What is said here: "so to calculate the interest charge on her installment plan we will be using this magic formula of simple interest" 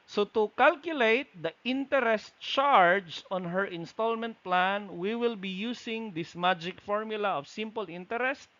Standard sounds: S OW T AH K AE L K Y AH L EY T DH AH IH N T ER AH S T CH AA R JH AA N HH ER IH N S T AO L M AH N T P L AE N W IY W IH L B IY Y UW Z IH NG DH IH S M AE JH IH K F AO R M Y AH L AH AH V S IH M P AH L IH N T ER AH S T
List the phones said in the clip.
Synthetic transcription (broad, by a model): S OW T AH K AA L K Y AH L EY T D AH IH N T ER AH S T CH AA R JH AA N HH ER IH N S T AO L M AH N T P L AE N W IY W IH L B IY Y UW S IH NG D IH S M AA JH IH K F AO R M Y AH L AH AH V S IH M P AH L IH N T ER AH S T